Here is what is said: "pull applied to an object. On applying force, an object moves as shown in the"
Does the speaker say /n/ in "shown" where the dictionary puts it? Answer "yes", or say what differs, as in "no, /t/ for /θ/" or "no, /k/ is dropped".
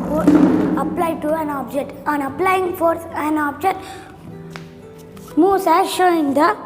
no, /n/ is dropped